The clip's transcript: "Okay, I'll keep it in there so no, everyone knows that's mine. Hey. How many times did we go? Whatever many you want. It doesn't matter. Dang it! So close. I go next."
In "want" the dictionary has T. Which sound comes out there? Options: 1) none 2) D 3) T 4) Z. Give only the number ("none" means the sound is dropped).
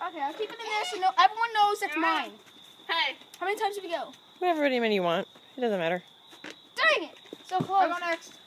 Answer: 3